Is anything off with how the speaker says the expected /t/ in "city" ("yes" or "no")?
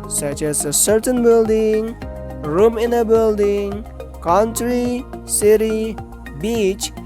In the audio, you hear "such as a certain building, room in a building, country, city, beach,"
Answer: no